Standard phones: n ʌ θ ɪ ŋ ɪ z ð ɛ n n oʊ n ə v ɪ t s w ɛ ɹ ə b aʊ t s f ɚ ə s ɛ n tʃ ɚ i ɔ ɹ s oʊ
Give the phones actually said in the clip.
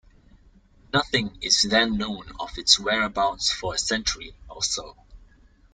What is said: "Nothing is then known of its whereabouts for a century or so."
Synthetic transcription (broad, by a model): n ʌ θ ɪ ŋ ɪ z ð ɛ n n oʊ n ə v ɪ t s w ɛ ɹ ə b aʊ t s f ɚ ə s ɛ n tʃ ɚ i ɔ l s oʊ